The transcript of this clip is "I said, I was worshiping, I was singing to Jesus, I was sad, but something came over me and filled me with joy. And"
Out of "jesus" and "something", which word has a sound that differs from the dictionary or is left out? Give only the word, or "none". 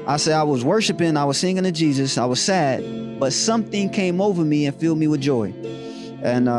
none